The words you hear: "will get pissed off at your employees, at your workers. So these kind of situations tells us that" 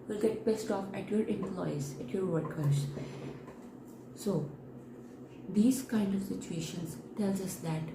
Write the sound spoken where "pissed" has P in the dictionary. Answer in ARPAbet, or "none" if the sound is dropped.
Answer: B